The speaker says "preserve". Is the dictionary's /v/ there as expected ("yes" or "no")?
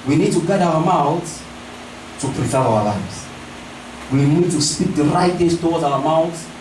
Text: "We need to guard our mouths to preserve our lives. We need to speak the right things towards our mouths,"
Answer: no